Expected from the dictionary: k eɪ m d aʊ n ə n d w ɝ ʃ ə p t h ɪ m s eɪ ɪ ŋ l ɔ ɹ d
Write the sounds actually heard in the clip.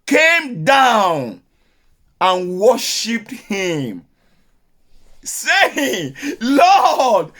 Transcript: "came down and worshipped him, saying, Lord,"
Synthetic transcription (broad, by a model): k eɪ m d aʊ n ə n w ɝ ʃ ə p t h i m s eɪ ɪ ŋ l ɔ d